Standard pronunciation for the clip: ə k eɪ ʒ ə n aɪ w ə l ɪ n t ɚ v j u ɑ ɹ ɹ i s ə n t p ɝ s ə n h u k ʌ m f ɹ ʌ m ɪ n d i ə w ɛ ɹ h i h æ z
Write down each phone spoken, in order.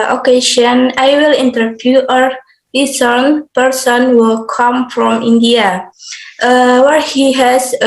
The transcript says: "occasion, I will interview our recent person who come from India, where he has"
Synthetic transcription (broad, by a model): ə k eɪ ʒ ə n aɪ w ə l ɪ n t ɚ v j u ɑ ɹ l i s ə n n p ɝ s ə n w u k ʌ m f ɹ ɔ m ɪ n d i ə w ɛ ɹ h i h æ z